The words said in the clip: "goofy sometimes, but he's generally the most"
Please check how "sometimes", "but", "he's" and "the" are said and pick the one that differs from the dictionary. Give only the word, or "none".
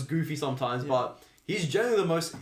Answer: none